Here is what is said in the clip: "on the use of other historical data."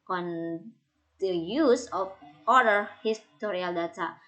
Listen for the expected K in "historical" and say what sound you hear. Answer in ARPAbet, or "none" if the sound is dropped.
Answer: none